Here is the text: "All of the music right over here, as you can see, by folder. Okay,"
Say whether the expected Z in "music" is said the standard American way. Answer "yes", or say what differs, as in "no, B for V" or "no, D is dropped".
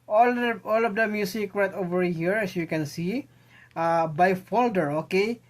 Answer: no, S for Z